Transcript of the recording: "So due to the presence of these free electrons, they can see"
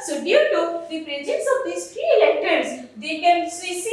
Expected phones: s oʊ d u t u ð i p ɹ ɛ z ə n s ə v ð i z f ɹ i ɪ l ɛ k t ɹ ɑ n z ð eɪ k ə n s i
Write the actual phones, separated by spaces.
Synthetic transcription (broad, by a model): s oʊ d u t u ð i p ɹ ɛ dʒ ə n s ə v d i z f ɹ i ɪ l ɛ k t ɑ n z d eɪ k ə n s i